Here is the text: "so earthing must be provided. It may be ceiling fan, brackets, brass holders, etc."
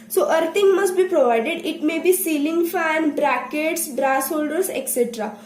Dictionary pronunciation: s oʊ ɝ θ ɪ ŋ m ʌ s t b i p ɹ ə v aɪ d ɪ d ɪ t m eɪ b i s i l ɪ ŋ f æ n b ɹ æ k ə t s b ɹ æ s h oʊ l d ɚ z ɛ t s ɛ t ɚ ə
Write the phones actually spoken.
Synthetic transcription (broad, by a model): s oʊ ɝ t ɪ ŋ m ʌ s t b i p ɹ ə v aɪ d ɪ d ɪ t m eɪ b i s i l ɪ ŋ f æ n b ɹ æ k ə t s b ɹ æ s h oʊ l d ɚ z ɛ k s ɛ t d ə